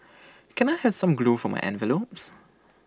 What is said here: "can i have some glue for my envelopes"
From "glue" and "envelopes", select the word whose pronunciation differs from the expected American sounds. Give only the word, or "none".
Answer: none